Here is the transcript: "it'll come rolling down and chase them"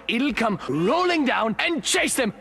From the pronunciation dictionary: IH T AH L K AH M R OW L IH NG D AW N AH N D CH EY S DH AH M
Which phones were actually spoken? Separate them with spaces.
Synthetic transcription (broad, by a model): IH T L K AH M R OW L IH NG D AW N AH N CH EY S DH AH M